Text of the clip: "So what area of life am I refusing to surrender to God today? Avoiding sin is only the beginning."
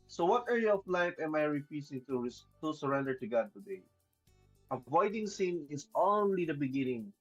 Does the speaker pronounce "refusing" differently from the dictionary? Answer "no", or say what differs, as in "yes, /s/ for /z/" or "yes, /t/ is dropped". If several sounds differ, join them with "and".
yes, /s/ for /z/